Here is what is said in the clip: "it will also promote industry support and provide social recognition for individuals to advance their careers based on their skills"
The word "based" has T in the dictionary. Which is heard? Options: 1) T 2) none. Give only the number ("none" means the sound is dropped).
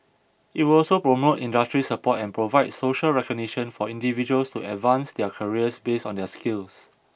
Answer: 2